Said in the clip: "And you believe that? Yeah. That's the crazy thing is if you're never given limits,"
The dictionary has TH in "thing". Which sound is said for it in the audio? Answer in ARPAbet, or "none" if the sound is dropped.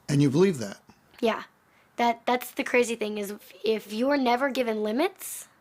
TH